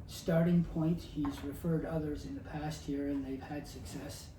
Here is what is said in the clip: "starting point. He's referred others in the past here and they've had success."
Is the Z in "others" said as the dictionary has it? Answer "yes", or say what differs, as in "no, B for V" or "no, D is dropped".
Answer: yes